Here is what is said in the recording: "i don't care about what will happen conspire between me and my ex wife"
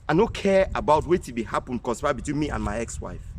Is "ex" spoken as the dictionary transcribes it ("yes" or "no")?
yes